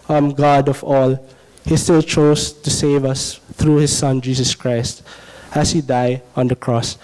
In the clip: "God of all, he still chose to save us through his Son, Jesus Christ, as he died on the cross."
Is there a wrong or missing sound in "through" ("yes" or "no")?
yes